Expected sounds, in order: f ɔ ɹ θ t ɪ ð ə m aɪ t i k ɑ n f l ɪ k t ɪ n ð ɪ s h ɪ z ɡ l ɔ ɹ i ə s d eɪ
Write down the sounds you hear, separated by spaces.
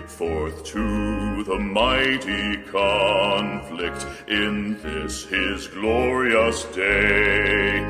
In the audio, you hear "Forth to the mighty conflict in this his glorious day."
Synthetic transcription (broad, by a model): f ɔ ɹ θ t ɪ ð ə m aɪ t i k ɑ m f l ɪ k t ɪ n ð ɪ s h ɪ z ɡ l ɔ ɹ i ə s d eɪ